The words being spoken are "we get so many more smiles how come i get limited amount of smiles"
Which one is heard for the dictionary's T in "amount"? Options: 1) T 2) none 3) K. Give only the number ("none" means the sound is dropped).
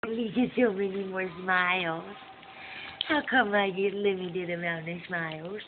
2